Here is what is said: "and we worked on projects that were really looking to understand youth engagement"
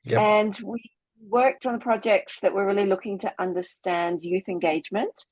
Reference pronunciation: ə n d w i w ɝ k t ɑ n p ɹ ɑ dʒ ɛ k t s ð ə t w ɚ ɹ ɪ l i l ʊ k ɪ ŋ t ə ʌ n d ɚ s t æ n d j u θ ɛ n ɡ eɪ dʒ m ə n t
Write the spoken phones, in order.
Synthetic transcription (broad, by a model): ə n w i w ɝ k t n p ɹ ɑ dʒ ɛ k t s ð ə t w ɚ ɹ ɪ l i l ʊ k ɪ ŋ t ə ʌ n d ɚ s t æ n d j u θ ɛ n ɡ eɪ dʒ m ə n t